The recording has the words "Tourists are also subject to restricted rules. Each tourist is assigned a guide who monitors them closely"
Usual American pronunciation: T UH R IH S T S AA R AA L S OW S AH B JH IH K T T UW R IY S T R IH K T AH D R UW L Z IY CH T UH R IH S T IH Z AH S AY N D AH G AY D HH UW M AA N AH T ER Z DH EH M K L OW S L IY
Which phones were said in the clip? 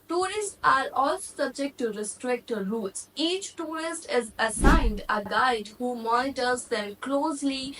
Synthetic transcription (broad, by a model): T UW R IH S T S AA R AA L S OW S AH B JH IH K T T UW R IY S T R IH K T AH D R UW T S IY CH T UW R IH S T IH Z AH S AY N D AH G AY D HH UW M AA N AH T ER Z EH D K L OW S L IY